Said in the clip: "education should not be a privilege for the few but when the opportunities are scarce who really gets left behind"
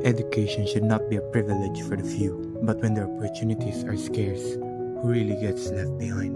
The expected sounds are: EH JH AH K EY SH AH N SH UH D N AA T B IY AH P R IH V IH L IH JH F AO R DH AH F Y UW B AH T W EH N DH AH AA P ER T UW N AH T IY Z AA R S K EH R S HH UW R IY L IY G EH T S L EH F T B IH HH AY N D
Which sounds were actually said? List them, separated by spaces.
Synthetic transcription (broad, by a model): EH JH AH K EY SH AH N SH UH D N AA T B IY AH P R IH V IH L IH JH F AO R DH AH F Y UW B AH T W EH N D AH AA P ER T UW N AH T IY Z AA R S K EH R S HH UW R IY L IY G EH T S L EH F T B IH HH AY N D